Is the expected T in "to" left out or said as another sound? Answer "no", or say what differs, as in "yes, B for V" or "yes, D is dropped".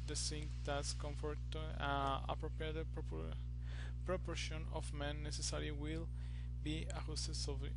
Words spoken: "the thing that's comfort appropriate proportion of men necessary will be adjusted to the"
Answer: yes, S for T